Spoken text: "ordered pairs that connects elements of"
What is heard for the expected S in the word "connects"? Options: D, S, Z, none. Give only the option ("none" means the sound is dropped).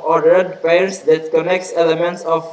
S